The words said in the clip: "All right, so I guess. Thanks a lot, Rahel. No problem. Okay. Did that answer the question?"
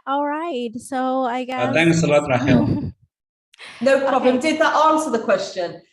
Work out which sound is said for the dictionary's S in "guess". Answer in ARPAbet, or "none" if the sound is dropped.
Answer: none